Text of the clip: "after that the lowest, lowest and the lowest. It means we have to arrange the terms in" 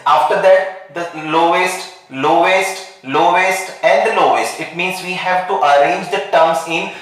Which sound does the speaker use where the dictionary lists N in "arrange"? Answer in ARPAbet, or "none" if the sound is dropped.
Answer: N